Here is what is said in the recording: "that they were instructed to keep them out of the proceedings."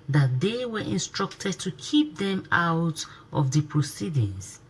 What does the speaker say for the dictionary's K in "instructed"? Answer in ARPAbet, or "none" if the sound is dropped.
K